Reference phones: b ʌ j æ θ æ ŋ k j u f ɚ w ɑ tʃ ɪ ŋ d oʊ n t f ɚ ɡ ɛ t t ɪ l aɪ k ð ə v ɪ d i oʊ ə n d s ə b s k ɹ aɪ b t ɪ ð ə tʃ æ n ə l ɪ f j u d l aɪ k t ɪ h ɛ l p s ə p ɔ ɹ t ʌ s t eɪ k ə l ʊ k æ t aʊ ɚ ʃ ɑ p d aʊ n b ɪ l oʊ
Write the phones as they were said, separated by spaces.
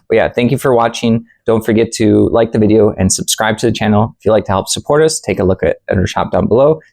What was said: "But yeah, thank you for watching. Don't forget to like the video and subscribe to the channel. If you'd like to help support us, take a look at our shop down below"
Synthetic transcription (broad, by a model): j æ θ æ ŋ k j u f ɚ w ɑ tʃ ɪ ŋ d oʊ n t f ɚ ɡ ɛ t t ɪ l aɪ k ð ə v ɪ d i oʊ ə n s ə b s k ɹ aɪ b t ɪ ð ə tʃ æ n l ɪ f j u l aɪ k t ɪ h ɛ l p s ə p ɔ ɹ t ʌ s t eɪ k ə l ʊ k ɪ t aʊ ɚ ʃ ɑ p d aʊ n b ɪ l oʊ